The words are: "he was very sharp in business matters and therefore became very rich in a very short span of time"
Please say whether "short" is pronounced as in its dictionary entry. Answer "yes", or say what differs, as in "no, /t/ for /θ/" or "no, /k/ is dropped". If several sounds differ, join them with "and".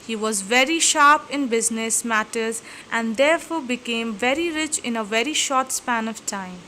yes